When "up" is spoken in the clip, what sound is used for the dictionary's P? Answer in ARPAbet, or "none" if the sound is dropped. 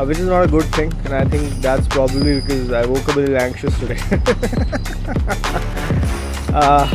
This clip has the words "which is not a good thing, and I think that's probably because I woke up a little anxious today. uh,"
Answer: B